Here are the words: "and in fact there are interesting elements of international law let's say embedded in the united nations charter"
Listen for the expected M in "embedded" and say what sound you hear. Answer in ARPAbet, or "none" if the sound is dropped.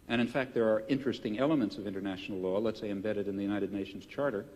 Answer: M